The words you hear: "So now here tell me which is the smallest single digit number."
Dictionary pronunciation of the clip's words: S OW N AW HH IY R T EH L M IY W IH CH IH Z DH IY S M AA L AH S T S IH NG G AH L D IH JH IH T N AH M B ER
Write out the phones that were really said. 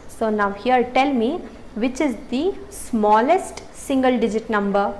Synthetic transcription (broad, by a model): S OW N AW HH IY R T EH L M IY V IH CH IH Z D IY S M AA L AH S T S IH NG G AH L D IH JH IH T N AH M B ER